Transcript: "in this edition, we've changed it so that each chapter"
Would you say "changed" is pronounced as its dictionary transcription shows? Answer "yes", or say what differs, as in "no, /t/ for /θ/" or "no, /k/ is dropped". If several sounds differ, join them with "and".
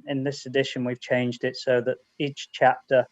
yes